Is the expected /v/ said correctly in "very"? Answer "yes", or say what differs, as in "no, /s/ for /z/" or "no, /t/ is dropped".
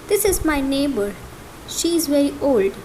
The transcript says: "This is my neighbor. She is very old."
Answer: yes